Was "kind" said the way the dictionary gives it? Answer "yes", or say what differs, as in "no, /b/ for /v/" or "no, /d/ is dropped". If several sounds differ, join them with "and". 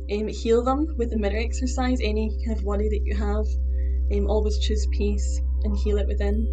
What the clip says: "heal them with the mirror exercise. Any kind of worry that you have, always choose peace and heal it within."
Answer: no, /d/ is dropped